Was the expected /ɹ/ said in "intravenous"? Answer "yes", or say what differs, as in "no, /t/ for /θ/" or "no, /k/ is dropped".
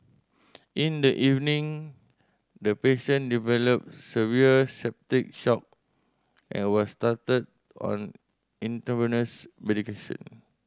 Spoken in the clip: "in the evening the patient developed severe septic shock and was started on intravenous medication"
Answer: no, /ɹ/ is dropped